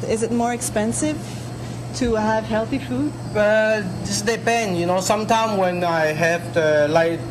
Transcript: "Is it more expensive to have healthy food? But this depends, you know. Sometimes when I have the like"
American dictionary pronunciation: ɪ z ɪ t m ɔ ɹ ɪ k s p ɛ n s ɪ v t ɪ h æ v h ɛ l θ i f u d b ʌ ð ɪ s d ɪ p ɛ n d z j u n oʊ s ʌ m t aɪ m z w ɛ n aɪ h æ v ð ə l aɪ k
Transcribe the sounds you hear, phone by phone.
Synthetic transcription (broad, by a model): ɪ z ɪ t m ɔ ɹ ɪ k s p ɛ n s ɪ v t ɪ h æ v h ɛ l θ i f u d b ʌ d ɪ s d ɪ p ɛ n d j u n oʊ s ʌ m t aɪ m w ɛ n aɪ h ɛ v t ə l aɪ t